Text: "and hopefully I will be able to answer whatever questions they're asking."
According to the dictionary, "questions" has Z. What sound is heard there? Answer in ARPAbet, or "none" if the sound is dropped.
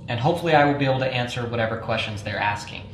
Z